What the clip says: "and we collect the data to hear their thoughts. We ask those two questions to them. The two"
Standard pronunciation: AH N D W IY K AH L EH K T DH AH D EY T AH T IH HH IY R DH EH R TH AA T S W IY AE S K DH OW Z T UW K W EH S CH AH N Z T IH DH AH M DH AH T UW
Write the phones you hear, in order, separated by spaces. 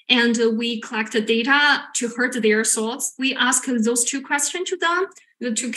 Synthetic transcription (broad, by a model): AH N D W IY K AH L EH K T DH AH D EY T AH T IH HH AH R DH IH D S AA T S W IY AE S K DH OW Z T UW K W EH S CH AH N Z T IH DH AH M DH AH T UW